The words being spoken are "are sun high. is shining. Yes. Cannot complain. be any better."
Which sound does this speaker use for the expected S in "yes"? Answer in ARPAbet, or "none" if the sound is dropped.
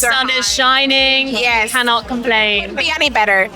none